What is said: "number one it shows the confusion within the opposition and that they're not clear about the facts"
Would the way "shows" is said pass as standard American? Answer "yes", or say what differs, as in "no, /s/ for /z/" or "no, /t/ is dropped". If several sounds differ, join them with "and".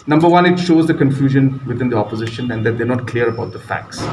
yes